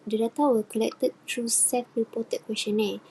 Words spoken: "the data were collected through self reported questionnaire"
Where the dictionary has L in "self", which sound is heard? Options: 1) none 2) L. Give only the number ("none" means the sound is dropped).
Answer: 1